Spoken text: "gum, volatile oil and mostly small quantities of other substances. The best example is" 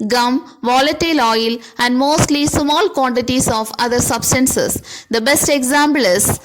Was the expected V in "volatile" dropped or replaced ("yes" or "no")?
no